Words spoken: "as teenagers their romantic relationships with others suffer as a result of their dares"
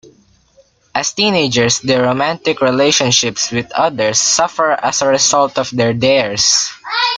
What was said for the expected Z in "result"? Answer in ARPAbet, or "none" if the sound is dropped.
S